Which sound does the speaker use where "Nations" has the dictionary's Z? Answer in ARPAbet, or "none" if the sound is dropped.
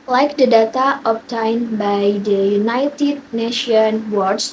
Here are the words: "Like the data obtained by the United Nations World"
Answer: none